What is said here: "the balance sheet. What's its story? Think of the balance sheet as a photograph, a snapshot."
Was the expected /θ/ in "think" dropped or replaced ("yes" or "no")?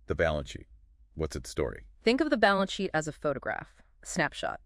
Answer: no